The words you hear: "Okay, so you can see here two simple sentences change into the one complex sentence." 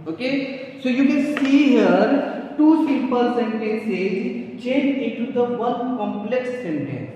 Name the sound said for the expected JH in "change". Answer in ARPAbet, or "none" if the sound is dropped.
none